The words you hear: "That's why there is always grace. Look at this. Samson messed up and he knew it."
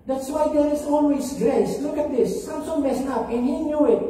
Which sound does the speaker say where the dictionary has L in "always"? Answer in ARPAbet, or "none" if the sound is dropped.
N